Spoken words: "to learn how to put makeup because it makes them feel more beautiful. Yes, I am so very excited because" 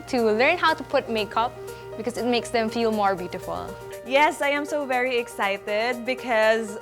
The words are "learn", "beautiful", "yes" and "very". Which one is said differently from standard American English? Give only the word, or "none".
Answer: none